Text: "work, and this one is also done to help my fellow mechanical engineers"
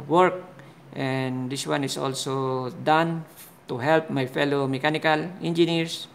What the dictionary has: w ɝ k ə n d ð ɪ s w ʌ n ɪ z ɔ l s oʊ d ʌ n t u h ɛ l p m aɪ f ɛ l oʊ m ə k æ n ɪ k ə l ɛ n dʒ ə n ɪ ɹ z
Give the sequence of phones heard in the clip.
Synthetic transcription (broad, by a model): w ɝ k ə n d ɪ s w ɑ n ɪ s ɔ l s oʊ d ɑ n t u h ɛ l p m aɪ f ɛ l oʊ m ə k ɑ n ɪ k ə l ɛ n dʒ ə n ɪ ɹ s